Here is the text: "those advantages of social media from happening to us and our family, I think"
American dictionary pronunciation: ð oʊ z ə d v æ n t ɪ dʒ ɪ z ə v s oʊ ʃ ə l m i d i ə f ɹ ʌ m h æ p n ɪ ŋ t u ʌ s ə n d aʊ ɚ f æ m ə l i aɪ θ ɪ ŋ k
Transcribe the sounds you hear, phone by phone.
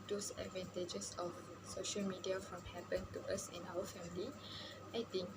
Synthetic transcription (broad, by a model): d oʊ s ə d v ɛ n t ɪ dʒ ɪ s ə f s oʊ ʃ ə l m i d i ə f ɹ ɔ m h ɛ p ɪ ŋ t u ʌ s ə n aʊ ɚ f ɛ m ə l i aɪ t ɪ ŋ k